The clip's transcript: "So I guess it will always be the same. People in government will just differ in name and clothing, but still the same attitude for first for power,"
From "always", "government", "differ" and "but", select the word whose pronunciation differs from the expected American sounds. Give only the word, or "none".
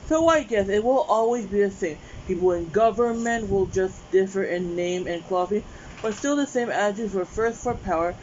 none